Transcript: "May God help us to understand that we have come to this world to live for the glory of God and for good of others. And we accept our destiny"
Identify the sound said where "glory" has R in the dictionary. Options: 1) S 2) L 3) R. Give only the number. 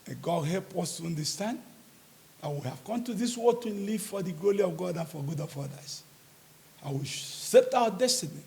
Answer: 2